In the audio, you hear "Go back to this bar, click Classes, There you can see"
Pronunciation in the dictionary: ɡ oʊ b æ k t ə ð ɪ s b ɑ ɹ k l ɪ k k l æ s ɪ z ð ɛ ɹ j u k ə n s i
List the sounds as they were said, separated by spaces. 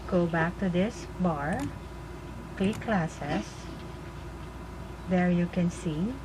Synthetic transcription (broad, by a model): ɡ oʊ b æ k t ə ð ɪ s b ɑ ɹ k l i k k l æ s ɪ s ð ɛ ɹ j u k ə n s i